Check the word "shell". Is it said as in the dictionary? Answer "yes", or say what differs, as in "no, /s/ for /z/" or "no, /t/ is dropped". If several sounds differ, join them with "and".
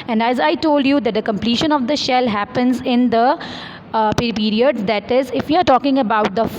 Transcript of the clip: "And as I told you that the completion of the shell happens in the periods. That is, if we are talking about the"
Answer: yes